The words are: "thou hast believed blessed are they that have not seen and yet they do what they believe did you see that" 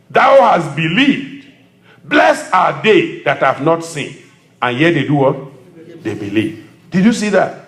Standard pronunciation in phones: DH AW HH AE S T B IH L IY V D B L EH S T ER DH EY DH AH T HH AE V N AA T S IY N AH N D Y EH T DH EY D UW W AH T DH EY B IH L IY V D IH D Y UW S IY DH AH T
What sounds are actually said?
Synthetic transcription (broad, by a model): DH AW HH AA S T B IH L IY V D B L EH S AA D EY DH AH T HH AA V N AA T S IY N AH N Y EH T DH EY D UW W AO T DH EY B IH L IY V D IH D Y UW S IY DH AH T